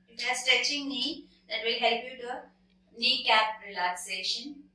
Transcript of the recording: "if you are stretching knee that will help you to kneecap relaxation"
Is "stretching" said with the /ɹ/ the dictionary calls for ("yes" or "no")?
no